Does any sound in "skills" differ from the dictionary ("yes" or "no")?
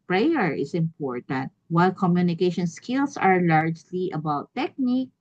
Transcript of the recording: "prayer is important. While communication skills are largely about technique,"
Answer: yes